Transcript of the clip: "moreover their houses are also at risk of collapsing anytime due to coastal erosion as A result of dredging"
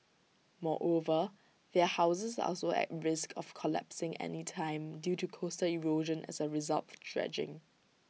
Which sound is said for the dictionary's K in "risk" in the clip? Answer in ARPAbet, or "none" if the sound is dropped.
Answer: K